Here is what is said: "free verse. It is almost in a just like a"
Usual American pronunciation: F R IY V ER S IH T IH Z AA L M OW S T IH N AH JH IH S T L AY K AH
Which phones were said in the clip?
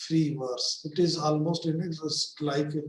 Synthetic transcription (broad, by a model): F R IY V ER S IH T IH Z AA L M OW S T IH N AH Z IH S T L AY K